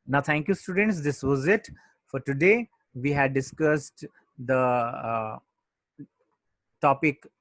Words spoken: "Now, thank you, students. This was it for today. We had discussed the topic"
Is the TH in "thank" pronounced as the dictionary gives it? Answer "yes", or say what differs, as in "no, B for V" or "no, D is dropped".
no, T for TH